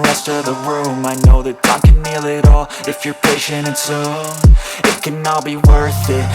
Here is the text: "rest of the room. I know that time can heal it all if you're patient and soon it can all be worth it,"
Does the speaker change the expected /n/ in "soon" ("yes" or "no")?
yes